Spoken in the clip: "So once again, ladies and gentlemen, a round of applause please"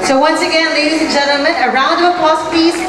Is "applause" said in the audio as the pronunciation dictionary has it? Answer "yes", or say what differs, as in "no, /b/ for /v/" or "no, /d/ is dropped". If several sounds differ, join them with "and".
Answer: no, /l/ is dropped and /s/ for /z/